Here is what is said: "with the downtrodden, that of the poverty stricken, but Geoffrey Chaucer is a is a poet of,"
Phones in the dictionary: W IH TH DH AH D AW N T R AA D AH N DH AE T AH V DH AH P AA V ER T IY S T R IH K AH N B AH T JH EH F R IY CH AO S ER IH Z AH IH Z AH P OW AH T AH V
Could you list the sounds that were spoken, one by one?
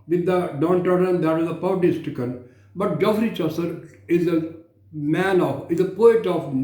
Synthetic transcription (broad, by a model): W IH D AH D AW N T AA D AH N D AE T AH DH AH P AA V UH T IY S T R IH K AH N B AH T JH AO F R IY CH AO S ER IH Z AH IH Z AH P OW AH T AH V